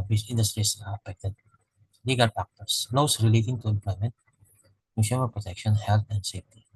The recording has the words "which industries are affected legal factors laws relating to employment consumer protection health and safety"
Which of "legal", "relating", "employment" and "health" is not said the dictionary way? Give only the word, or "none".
health